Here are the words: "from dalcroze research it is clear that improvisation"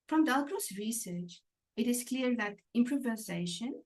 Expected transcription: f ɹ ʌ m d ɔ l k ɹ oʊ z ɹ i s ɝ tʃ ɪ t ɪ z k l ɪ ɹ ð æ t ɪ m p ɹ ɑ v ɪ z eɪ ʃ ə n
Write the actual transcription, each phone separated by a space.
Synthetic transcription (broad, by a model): f ɹ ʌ m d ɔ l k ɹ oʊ s ɹ i s ɝ tʃ ɪ t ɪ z k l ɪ ɹ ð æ t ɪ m p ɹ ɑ v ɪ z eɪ ʃ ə n